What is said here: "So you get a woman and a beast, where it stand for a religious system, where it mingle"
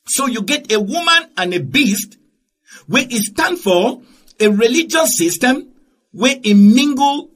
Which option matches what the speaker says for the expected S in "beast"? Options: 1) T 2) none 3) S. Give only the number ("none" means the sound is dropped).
3